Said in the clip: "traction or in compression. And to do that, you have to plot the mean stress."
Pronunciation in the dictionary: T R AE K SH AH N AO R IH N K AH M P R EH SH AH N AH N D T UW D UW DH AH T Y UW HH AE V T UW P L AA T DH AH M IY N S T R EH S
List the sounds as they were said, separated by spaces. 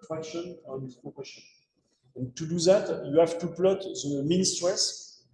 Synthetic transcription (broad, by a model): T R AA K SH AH N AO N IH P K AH P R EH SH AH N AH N T UW D UW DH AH T Y UW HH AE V T UW P L AA T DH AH M IY N S T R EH S